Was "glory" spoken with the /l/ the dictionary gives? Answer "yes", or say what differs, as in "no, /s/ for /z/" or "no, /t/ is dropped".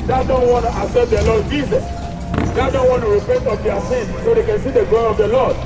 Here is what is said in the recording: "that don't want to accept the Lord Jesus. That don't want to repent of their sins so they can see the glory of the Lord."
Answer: no, /l/ is dropped